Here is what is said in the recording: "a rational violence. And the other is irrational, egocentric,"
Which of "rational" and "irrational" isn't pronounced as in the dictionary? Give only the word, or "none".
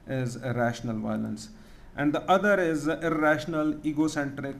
none